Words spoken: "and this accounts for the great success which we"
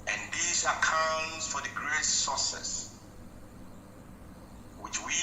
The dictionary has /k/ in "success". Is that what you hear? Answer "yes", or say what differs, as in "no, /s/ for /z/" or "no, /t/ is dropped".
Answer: no, /k/ is dropped